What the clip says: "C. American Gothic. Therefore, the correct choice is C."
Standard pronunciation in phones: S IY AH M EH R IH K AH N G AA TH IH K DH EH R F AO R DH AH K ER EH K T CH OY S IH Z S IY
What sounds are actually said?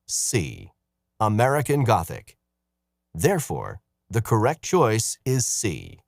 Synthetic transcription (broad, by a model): S IY AH M EH R IH K AH N G AA TH IH K DH EH R F AO R DH AH K ER EH K T CH OY S IH Z S IY